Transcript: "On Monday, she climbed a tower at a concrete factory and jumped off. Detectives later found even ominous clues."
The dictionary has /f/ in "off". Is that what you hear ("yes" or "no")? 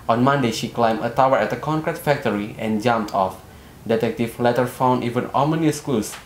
yes